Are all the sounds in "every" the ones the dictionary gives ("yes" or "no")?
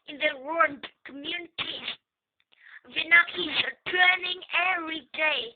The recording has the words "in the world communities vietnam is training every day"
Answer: no